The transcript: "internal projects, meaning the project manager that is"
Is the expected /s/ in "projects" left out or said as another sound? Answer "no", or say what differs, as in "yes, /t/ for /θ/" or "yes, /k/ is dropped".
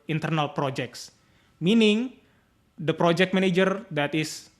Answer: no